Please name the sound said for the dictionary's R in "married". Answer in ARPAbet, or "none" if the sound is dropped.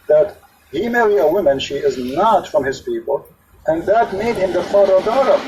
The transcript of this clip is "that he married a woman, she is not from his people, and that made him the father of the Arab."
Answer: L